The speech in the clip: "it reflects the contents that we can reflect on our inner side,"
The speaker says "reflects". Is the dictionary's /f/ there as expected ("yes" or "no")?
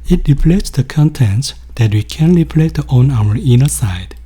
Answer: no